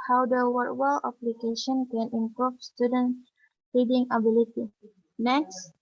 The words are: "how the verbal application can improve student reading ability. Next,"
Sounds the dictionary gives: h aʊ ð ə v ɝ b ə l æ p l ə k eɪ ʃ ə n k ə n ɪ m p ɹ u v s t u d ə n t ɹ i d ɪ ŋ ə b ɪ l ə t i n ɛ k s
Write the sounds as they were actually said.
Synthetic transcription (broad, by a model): h aʊ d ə w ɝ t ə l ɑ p l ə k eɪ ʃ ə n k ə n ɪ m p ɹ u f s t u d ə n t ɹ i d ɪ ŋ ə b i l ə t i n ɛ k s